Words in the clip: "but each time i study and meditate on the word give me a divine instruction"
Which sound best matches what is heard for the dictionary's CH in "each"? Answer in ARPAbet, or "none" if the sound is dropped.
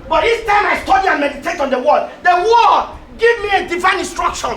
S